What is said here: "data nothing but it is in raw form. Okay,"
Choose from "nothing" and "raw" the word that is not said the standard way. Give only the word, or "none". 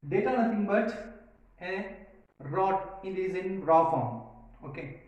nothing